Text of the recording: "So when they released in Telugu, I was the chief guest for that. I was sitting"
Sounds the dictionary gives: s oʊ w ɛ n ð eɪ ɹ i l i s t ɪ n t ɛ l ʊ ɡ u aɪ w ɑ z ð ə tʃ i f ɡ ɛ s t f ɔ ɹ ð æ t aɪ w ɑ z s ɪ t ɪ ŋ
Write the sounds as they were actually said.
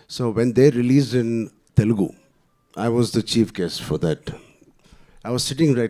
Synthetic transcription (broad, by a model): s oʊ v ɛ n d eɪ ɹ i l i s ɪ n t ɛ l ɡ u aɪ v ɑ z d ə tʃ i f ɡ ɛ s f ɔ ɹ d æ t aɪ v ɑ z s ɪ t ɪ ŋ